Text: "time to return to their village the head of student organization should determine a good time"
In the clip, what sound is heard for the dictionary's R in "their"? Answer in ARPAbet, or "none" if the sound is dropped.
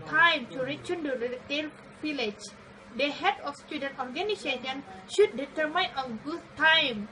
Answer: L